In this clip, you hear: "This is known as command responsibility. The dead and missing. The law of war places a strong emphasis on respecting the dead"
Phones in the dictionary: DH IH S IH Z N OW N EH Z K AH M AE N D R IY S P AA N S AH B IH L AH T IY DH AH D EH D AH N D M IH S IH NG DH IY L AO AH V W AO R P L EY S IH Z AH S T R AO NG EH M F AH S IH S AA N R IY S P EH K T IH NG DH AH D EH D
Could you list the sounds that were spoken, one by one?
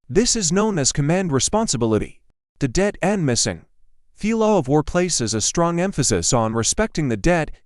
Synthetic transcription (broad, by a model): DH IH S IH Z N OW N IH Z K AH M AE N D R IY S P AA N S AH B IH L AH T IY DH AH D EH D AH N M IH S IH NG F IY L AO AH V W AO R P L EY S IH Z AH S T R AO NG EH M F AH S IH S N R IY S P EH K T IH NG DH AH D EH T